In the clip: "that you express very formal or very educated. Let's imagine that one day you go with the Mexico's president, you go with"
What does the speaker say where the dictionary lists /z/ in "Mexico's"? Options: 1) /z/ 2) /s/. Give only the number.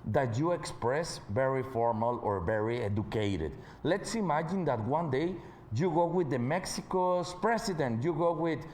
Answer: 2